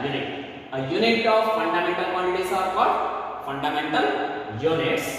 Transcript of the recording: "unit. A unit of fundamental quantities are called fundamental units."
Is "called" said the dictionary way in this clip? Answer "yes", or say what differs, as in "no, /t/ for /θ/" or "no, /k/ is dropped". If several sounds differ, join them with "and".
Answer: no, /l/ is dropped